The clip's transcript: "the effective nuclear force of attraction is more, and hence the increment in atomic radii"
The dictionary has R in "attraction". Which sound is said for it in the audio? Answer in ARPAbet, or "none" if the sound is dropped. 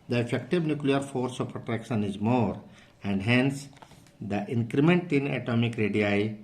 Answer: R